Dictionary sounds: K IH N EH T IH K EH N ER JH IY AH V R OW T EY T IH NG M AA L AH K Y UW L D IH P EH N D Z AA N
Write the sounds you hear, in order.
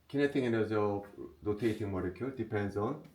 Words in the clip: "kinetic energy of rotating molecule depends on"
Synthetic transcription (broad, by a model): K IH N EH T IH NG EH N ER Z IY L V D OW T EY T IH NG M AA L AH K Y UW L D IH P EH N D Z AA N